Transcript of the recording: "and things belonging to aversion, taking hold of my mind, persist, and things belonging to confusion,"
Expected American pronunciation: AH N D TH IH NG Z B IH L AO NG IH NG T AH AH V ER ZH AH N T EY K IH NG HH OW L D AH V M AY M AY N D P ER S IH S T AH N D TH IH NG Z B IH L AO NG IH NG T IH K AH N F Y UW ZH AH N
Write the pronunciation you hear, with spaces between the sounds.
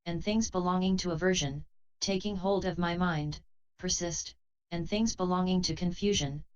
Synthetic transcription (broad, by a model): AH N TH IH NG Z B IH L AO NG IH NG T AH AH V ER ZH AH N T EY K IH NG HH OW L D AH V M AY M AY N D P ER S IH S T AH N TH IH NG Z B IH L AO NG IH NG T IH K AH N F Y UW ZH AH N